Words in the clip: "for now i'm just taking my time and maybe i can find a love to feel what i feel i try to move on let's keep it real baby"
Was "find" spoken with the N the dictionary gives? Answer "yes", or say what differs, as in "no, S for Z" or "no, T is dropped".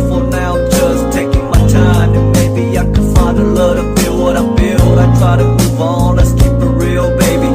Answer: no, N is dropped